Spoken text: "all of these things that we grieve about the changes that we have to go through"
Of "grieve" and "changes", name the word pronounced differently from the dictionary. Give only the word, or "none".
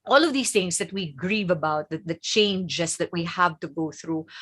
changes